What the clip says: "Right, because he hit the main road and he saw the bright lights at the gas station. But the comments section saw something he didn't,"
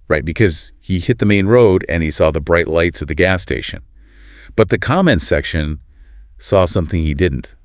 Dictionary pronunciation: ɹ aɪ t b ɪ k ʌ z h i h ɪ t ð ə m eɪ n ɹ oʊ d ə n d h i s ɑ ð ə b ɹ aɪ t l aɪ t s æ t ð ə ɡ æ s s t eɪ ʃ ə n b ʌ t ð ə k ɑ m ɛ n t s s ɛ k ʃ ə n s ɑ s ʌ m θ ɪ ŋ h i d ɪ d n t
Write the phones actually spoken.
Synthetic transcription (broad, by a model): ɹ aɪ t b ɪ k ʌ z h i h ɪ t ð ə m eɪ n ɹ oʊ d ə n i s ɑ ð ə b ɹ aɪ t l aɪ t s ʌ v ð ə ɡ æ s s t eɪ ʃ ə n b ʌ t ð ə k ɑ m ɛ n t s s ɛ k ʃ ə n s ɑ s ʌ m θ ɪ ŋ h i d ɪ d n t